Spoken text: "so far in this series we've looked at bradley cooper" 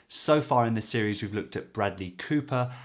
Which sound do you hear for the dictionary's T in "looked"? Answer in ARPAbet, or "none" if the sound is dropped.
T